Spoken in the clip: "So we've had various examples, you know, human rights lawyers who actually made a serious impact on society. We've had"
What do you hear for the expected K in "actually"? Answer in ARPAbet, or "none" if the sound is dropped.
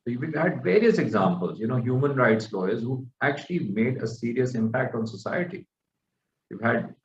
K